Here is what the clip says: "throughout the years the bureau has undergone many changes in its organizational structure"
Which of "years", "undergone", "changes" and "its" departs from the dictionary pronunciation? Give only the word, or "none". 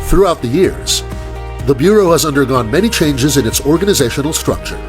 none